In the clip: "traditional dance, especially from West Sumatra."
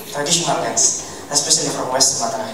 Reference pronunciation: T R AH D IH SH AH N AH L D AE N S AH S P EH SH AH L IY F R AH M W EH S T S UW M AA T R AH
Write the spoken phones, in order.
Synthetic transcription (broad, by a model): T R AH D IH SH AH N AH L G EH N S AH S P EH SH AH IY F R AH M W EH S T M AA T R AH